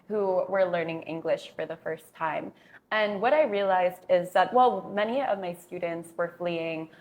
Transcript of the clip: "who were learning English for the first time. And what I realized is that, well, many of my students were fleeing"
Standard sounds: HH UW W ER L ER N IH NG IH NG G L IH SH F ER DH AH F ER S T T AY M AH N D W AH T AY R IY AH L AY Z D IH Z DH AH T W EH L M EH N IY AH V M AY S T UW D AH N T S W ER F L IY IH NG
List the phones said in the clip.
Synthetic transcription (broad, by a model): HH UW W ER L ER N IH NG IH NG G L IH SH F ER DH AH F ER S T T AY M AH N W AH T AY R IY AH L AY Z D IH Z DH AH T W EH L M EH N IY AH V M AY S T UW D N T S W ER F L IY IH NG